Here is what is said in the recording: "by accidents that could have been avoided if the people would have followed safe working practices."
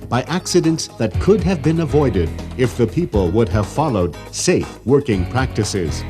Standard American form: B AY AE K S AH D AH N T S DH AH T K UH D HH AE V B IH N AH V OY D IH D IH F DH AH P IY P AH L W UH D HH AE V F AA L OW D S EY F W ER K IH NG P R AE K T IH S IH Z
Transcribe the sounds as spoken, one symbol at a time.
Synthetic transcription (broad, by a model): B AY AE K S AH D AH N T S DH AH T K UH D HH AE V B IH N AH V OY D IH D IH F DH AH P IY P AH L W UH D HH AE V F AA L OW D S EY F W ER K IH NG P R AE K T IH S IH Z